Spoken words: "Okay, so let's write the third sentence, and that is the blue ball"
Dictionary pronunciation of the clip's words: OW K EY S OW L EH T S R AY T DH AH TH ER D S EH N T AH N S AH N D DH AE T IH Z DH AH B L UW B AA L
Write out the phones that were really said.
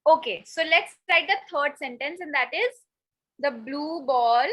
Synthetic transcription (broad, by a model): OW K EY S OW L EH T S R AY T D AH T ER D S EH N T AH N S AH N D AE T IH Z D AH B L UW B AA L